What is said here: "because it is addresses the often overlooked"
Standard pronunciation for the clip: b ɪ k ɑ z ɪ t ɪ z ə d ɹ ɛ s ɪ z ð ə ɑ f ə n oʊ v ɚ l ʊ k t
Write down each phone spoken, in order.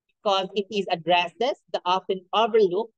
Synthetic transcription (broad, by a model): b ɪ k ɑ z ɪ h ɪ z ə d ɹ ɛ s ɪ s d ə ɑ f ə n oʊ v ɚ l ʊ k